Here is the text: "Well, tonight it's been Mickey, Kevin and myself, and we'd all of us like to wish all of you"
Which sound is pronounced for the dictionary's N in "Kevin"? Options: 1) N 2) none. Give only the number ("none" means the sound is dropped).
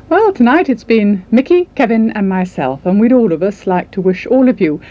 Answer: 1